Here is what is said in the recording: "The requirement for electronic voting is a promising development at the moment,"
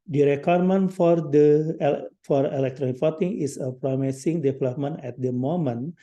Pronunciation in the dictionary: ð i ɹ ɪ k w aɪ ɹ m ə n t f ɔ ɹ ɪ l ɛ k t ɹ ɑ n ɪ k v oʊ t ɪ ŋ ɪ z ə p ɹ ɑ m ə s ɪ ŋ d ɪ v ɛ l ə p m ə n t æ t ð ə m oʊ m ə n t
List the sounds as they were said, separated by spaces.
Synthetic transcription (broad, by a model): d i ɹ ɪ k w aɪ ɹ m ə n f f ɔ ɹ ɪ l ɛ k t ɹ ɑ n ɪ k f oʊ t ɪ ŋ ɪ s ə p ɹ ɑ m ə s ɪ ŋ d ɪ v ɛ l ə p m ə n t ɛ t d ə m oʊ m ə n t